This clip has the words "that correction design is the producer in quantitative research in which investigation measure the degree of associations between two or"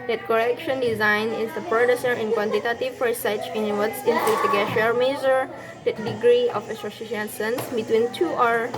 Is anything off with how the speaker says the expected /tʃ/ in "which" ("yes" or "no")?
yes